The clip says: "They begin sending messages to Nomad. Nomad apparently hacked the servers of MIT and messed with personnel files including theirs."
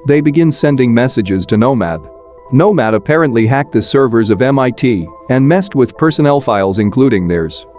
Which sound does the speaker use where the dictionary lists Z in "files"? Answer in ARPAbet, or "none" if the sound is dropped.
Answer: Z